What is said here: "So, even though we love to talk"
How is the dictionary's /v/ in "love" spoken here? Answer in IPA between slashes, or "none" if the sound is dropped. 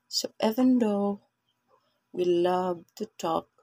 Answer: /b/